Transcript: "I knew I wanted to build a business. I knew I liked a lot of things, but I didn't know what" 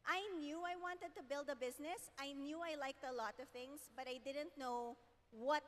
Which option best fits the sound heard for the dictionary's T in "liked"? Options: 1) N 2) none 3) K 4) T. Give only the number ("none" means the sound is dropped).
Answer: 4